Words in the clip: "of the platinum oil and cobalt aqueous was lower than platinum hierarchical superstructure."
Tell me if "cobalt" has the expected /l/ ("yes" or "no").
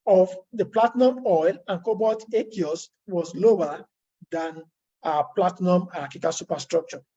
no